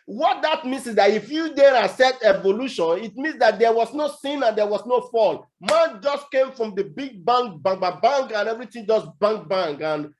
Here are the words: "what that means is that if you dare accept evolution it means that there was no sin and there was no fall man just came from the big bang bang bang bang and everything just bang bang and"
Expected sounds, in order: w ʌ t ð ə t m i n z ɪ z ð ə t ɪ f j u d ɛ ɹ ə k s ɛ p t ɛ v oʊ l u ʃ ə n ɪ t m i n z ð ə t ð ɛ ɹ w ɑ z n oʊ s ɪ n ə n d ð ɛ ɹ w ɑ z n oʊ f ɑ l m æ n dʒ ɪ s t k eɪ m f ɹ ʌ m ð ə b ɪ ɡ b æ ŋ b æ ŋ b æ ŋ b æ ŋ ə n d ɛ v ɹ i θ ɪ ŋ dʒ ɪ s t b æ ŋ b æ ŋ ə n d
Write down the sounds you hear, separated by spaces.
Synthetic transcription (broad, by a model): w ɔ t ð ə t m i n s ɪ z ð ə t ɪ f j u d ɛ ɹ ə s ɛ t ɛ v oʊ l u ʃ ə n ɪ t m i n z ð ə t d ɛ w ɑ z n oʊ s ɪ n ə n d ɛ w ɑ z n oʊ f ɑ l m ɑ n dʒ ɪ s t k eɪ m f ɹ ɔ m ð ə b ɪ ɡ b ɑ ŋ b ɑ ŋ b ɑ b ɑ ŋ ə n ɛ v ɹ i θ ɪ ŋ dʒ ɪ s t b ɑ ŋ b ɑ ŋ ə n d